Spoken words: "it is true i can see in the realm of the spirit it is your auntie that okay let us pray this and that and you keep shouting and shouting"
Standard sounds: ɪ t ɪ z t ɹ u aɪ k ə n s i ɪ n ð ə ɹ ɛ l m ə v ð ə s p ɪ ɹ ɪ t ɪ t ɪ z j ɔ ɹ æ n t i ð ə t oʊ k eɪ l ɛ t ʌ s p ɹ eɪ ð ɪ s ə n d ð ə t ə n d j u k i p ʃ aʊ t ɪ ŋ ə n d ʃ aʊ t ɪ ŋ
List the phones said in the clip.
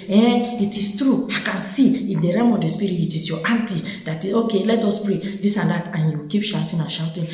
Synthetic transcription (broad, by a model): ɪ t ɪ s t ɹ u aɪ k ə n s i ɪ n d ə ɹ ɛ m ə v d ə s p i ɹ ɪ t ɪ t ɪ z j ɔ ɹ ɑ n t i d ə t oʊ k eɪ l ɛ t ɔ s p ɹ eɪ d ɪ s ə n d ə t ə n j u k i p ʃ aʊ t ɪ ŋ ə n ʃ aʊ t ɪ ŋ